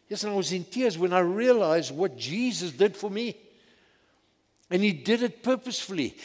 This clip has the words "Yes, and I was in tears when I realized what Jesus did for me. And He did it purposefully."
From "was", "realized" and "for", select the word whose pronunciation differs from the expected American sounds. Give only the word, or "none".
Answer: none